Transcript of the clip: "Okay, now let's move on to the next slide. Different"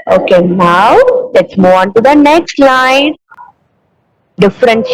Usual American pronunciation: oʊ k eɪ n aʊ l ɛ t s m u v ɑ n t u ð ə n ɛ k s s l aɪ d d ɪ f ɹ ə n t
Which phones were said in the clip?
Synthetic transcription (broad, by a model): oʊ k eɪ n aʊ l ɛ t s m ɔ ɑ n t u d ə n ɛ k s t l aɪ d d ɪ f ɹ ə n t